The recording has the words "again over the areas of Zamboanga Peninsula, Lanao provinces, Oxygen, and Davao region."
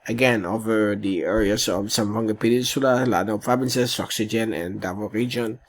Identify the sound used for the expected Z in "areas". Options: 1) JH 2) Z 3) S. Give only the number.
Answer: 3